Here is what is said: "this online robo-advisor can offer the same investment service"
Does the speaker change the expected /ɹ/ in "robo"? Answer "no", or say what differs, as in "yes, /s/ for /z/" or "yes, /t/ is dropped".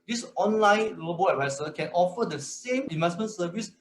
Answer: yes, /l/ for /ɹ/